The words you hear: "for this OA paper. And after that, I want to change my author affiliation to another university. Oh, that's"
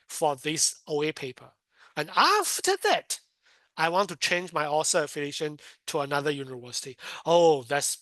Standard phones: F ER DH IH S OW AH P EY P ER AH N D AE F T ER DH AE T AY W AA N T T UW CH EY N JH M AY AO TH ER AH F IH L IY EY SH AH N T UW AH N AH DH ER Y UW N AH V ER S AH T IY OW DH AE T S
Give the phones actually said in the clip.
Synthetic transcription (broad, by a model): F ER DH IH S OW AH P EY P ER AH N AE F T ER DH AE T AY W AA N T T UW CH EY N JH M AY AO S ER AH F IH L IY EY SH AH N T UW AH N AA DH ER Y UW N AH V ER S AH T IY OW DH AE T S